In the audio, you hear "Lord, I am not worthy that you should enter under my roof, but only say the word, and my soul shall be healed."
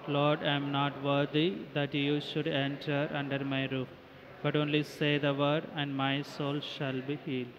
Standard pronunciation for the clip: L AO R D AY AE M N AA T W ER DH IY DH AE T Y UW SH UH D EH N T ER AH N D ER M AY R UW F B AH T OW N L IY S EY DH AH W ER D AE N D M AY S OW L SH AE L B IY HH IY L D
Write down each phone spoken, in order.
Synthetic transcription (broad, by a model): L AO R D AY M N AA T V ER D IY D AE T Y UW SH UH D EH N T ER AH N D ER M AY R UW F B AH T OW N L IY S EY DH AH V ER D AE N D M AY S OW L SH AE L B IY HH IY L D